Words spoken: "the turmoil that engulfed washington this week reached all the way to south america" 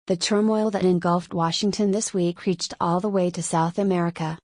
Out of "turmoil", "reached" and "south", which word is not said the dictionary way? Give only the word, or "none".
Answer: none